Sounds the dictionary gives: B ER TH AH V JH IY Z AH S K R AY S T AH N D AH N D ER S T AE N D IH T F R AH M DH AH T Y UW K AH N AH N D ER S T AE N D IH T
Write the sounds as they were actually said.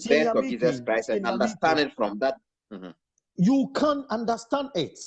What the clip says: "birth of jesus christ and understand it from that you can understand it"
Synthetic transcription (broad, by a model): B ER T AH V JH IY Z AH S K R AY S AH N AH N D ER S T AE N D IH T F R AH M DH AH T Y UW K AH N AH N D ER S T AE N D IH T